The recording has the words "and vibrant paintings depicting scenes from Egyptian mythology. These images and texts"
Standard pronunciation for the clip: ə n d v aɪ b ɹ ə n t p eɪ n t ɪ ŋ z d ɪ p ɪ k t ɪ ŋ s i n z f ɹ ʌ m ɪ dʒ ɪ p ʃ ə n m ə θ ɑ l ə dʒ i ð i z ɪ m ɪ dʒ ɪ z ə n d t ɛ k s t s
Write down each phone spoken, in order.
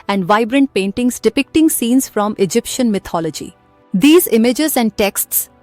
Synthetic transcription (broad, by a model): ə n d v aɪ b ɹ ə n t p eɪ n t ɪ ŋ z d ɪ p ɪ k t ɪ ŋ s i n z f ɹ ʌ m ɪ dʒ ɪ p ʃ ə n m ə t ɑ l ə dʒ i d i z ɪ m ɪ dʒ ɪ z ə n d t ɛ k s t s